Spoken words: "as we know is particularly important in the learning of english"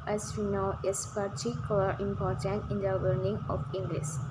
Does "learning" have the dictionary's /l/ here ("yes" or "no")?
no